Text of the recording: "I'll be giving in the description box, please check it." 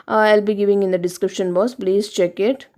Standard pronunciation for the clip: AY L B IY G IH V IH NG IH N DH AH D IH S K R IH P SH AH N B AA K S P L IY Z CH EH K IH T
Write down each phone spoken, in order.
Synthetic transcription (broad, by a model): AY L B IY G IH V IH NG IH N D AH D IH S K R IH P SH AH N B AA S P L IY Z CH EH K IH T